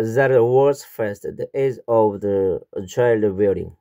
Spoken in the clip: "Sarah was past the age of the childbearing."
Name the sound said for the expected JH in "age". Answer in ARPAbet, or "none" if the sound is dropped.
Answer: Z